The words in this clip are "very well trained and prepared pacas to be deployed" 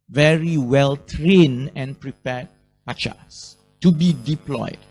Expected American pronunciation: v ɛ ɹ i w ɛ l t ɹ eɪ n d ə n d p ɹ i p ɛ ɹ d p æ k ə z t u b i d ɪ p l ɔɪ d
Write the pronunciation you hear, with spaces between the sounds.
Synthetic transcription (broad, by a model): v ɛ ɹ i w ɛ l t ɹ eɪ n ə n p ɹ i p ɛ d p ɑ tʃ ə s t u b i d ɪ p l ɔɪ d